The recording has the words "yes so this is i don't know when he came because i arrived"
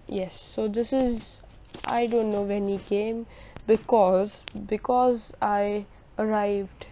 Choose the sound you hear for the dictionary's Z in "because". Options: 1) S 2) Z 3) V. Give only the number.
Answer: 2